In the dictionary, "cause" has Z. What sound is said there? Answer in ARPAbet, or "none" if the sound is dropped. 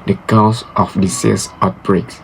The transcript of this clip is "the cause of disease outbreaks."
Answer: S